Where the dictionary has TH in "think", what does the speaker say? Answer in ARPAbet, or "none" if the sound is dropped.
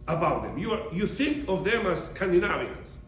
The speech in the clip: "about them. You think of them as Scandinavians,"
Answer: TH